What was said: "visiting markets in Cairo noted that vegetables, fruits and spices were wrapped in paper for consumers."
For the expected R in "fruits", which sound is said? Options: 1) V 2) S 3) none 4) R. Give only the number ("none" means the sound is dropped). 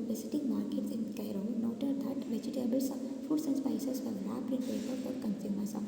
3